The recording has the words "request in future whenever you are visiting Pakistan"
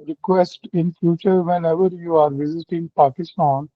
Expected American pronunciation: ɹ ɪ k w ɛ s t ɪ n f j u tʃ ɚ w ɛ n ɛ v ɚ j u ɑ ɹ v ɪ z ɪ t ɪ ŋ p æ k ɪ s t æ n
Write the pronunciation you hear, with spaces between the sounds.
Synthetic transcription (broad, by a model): ɹ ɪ k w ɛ s t ɪ n f j u tʃ ɚ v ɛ n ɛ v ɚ j u ɑ ɹ v ɪ z ɪ t ɪ ŋ p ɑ k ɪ s t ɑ n